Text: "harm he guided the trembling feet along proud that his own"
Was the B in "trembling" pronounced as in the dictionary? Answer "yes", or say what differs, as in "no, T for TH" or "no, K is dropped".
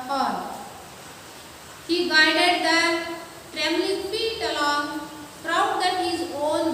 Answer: no, B is dropped